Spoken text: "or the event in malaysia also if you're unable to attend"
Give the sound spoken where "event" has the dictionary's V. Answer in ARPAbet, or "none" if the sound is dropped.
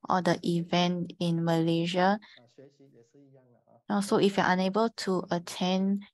V